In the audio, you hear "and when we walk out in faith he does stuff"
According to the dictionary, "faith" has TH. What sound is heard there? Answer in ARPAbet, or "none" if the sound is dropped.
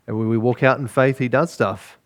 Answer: TH